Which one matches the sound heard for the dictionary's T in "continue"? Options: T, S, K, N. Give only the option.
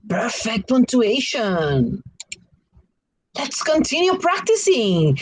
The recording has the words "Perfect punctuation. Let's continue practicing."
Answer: T